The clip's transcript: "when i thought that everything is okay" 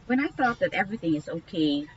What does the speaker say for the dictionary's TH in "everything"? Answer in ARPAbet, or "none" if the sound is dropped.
TH